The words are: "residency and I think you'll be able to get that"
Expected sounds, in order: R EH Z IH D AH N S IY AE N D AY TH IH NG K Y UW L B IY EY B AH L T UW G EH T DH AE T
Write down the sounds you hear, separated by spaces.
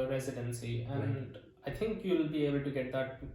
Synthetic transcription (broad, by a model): R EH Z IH D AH N S IY AE N D AY T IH NG K Y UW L B IY EY B AH L T UW G EH T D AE T